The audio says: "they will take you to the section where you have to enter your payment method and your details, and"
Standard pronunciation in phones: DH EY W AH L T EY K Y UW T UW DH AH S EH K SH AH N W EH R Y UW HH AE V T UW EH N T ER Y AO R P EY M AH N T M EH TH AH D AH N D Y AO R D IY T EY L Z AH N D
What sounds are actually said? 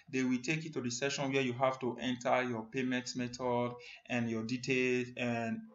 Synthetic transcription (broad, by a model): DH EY W AH L T EY K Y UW T UW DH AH S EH SH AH N W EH Y UW HH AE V T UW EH N T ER Y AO P EY M AH N T M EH T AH D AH N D Y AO D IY T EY L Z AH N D